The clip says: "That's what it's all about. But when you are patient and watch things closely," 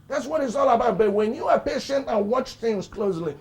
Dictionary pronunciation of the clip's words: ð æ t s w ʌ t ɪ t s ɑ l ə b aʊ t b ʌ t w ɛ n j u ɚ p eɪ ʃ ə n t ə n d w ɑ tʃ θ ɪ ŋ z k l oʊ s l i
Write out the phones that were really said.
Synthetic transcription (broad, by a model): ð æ t s w ʌ t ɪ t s ɑ l ə b aʊ t b ʌ t w ɛ n j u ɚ p eɪ ʃ ə n t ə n w ɑ tʃ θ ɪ ŋ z k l oʊ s l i